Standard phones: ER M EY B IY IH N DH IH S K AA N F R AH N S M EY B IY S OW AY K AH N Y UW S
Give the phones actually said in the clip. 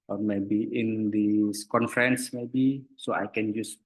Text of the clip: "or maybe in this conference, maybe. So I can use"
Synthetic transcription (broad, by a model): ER M EY B IY IH N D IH S K AA N F R AH N S M EY B IY S OW AY K AH N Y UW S